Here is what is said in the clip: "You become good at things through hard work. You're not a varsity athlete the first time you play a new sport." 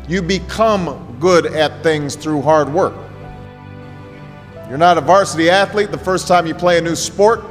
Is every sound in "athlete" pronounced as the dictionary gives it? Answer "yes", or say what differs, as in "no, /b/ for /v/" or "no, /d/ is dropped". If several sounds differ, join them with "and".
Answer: yes